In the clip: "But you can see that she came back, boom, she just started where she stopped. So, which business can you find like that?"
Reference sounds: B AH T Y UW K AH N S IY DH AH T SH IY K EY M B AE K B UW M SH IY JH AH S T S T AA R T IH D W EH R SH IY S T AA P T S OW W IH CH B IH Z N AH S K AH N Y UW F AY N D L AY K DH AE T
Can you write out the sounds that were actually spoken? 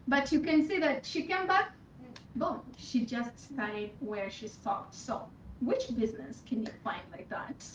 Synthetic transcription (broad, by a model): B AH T Y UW K AH N S IY DH AH T SH IY K EY M B AE K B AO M SH IY JH AH S T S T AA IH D W EH R SH IY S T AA T S OW W IH CH B IH Z N AH S K AH N Y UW F AY N D L AY K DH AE T